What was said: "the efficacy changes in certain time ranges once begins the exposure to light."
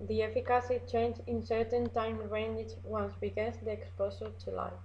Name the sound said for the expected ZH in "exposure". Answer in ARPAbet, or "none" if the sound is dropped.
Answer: S